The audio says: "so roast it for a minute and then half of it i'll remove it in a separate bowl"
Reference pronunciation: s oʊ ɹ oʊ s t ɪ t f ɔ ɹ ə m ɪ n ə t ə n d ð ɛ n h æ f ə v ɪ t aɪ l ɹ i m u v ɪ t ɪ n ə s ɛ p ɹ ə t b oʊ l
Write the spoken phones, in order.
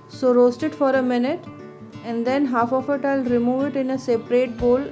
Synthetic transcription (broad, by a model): s oʊ ɹ oʊ s t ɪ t f ɔ ɹ ə m ɪ n ə t ə n d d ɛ n h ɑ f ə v ɪ t aɪ l ɹ i m u v ɪ t ɪ n ə s ɛ p ɹ ə t b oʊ l